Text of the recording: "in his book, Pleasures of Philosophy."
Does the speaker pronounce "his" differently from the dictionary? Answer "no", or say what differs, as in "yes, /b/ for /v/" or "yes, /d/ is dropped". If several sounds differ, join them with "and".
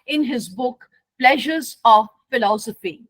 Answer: no